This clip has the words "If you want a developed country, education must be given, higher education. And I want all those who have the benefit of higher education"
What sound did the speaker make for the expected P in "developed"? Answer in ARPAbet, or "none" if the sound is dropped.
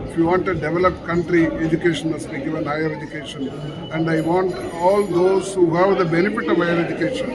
P